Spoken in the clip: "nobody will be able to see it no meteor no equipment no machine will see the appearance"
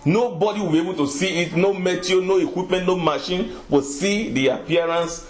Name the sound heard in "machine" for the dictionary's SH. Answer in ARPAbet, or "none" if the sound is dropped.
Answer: SH